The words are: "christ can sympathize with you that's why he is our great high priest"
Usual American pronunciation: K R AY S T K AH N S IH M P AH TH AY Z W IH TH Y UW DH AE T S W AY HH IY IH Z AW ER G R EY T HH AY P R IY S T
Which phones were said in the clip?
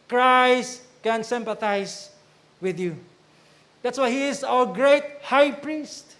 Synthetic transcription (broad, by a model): K R AY S T K AH N S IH M P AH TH AY S W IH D Y UW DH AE T S W AY HH IY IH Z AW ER G R EY T HH AY P R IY S T